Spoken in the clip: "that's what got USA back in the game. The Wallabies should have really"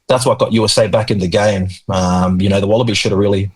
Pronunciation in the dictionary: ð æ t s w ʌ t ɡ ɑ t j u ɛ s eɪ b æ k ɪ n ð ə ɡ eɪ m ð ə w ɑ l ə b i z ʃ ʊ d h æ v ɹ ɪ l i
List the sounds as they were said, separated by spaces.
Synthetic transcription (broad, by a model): ð æ t s w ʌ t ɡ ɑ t j u ɛ s eɪ b æ k ɪ n ð ə ɡ eɪ m ð ə w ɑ l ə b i ʃ ʊ d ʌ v ɹ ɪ l i